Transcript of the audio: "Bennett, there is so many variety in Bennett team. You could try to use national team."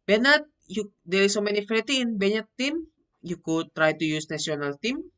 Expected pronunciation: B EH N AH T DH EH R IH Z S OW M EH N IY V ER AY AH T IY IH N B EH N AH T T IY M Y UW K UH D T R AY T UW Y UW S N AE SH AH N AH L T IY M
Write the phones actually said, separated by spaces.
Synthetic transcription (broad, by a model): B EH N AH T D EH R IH S OW M EH N IY F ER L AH T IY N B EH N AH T T IY M Y UW K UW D T R AY T UW Y UW S N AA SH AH N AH L T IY M